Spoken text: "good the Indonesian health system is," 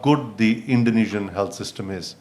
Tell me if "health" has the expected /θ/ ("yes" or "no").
no